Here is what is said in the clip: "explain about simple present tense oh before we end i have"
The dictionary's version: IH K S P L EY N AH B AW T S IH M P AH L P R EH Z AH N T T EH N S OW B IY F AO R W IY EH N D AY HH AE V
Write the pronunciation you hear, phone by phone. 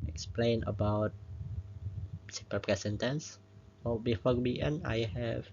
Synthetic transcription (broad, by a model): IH K S P L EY N AH B AW T S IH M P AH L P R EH S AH N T T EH N S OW B IY F AO R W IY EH N AY HH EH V